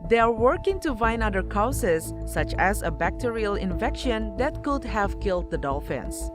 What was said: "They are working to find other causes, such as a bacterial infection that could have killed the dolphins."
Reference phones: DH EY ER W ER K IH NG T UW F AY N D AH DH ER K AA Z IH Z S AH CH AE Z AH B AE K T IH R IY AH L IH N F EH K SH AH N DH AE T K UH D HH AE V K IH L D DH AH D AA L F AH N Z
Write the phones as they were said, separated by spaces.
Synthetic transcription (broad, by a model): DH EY ER W ER K IH NG T UW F AY N AH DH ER K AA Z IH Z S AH CH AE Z AH B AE K T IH R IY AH L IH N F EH K SH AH N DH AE T K UH D HH AE V K IH L D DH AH D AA L F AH N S